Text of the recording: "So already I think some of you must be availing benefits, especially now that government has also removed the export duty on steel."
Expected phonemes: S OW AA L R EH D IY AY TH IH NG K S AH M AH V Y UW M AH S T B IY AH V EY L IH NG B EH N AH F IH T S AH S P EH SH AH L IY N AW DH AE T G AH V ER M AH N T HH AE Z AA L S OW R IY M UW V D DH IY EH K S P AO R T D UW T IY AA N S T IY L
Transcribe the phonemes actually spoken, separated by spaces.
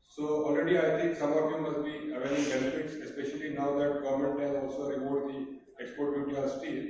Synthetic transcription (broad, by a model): S OW AA L R EH D IY AY T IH NG K S AH M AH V Y UW M AH S T B IY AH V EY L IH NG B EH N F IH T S AH S P EH SH AH L IY N AW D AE T G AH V M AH N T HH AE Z AA L S OW R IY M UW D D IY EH K S P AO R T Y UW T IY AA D S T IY